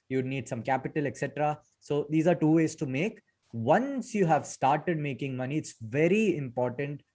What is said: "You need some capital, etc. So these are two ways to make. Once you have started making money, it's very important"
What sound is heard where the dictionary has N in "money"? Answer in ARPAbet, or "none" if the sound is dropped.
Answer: N